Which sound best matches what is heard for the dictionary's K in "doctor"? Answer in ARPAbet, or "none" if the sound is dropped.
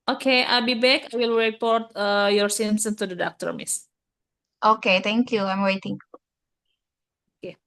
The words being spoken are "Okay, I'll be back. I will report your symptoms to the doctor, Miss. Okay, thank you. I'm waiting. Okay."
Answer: K